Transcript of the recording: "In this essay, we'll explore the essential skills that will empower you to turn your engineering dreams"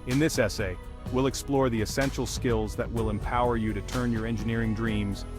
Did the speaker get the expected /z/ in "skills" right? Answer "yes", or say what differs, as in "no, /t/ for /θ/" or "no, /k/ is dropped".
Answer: yes